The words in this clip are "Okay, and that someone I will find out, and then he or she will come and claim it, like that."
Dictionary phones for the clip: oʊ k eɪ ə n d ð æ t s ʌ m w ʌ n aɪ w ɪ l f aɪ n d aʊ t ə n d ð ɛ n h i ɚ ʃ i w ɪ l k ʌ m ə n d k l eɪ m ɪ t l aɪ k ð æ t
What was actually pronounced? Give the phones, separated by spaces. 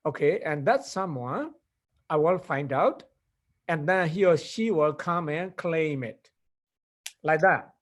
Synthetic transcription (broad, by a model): oʊ k eɪ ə n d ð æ t s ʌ m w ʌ aɪ w ɪ l f aɪ n d aʊ t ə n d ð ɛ n h i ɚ ʃ i w ɪ l k ʌ m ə n k l eɪ m ɪ t l aɪ k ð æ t